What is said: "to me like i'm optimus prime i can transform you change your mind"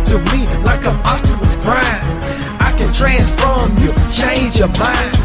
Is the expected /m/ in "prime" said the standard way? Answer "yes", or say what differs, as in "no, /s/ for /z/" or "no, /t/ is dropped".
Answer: no, /m/ is dropped